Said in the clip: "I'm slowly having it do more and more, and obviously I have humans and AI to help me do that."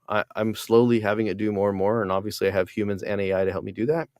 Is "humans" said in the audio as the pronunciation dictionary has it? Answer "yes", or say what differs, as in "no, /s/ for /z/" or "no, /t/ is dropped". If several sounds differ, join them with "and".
yes